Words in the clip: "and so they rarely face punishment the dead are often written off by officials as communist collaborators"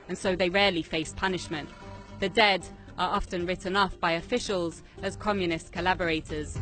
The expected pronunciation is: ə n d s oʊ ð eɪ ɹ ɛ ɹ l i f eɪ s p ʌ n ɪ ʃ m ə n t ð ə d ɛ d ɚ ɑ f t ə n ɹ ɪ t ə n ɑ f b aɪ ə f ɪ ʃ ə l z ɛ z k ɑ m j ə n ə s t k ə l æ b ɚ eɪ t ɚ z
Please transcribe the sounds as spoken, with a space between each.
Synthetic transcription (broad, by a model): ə n s oʊ ð eɪ ɹ ɛ l i f eɪ s p ʌ n ɪ ʃ m ə n t ð ə d ɛ d ɚ ɑ f t ə n ɹ ɪ t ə n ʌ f b aɪ ə f ɪ ʃ ə l z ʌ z k ɑ m j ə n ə s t k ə l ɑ b ɚ eɪ t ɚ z